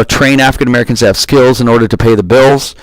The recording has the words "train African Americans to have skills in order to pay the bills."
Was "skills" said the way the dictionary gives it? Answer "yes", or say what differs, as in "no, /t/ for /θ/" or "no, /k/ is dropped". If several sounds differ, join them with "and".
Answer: yes